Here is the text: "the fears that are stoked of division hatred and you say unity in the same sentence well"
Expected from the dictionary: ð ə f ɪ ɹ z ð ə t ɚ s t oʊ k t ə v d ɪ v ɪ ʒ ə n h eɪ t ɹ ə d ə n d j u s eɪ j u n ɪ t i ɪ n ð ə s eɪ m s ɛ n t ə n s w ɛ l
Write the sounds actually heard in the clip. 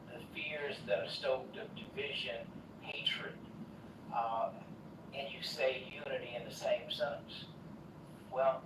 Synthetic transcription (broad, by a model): ð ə f ɪ ɹ z ð ə t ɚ s t oʊ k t ə v d ɪ v ɪ ʒ ə n h eɪ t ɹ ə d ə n j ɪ s eɪ j u n ɪ t i ɪ n ð ə s eɪ m s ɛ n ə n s w ɛ l